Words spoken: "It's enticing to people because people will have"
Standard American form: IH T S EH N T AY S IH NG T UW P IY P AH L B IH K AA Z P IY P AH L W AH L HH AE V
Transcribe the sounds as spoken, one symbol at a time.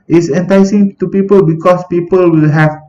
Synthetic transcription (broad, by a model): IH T S EH N T AY S IH NG T UW P IY P AH L B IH K AA S P IY P AH L W AH L HH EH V